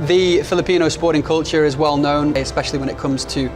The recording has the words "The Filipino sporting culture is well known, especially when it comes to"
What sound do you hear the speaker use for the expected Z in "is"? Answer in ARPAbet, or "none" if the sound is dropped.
Z